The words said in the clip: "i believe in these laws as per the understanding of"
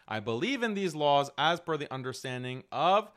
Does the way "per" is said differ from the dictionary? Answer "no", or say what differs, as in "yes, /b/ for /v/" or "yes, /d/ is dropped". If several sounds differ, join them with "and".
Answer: yes, /f/ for /p/